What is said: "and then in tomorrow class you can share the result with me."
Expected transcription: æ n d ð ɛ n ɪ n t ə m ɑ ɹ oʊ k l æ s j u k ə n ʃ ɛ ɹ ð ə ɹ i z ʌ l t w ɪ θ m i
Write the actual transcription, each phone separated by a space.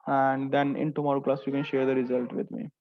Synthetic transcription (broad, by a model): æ n d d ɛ n ɪ n t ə m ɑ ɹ k l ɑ s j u k ə n ʃ ɛ ɹ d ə ɹ i z ʌ l t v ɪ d m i